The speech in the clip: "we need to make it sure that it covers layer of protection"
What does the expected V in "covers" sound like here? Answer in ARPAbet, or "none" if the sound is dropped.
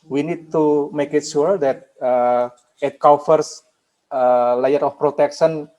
F